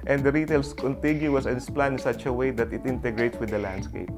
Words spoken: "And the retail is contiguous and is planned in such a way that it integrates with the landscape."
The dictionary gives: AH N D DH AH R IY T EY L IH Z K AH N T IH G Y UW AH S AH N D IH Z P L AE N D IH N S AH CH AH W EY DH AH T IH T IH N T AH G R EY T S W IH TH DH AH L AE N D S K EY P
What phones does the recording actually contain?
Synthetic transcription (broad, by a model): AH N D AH R IY T EY L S K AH N T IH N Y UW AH S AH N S P L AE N IH N S AH CH AH W EY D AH T IH T IH N T AH G R EY T S W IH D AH L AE N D S K EY P